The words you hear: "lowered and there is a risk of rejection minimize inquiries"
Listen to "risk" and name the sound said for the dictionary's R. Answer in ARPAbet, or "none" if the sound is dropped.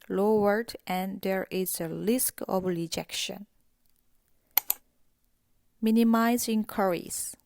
L